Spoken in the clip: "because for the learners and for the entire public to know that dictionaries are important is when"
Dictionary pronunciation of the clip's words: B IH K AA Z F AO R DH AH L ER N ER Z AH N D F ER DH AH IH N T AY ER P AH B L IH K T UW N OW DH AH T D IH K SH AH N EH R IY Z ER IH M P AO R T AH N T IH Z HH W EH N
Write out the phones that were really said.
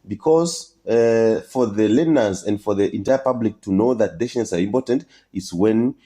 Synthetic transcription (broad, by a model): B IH K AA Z F AO R DH AH L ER N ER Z AH N D F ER DH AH IH N T AY ER P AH B L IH K T UW N OW DH AH T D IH SH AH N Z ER IH M P AO R T AH N T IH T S W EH N